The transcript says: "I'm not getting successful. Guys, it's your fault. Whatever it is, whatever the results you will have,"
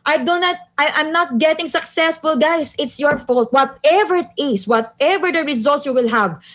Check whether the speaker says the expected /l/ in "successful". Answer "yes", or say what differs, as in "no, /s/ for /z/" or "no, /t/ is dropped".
yes